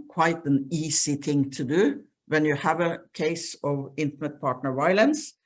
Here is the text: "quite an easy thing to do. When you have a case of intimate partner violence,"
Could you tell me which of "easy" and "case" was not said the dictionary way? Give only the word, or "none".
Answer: easy